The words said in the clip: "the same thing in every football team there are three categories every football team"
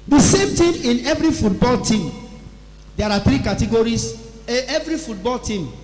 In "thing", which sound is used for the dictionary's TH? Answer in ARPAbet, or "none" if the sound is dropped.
T